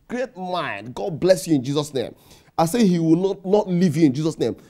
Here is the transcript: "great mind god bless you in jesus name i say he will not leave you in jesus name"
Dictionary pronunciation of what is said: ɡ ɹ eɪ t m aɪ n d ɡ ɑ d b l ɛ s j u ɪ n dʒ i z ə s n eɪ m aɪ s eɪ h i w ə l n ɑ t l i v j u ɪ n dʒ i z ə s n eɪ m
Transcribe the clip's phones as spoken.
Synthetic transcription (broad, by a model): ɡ ɹ eɪ t m aɪ n d ɡ ɑ d b l ɛ s j u ɪ n dʒ i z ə s n eɪ m aɪ s eɪ h i w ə n n ɑ t l i v j u ɪ n dʒ i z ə s n eɪ m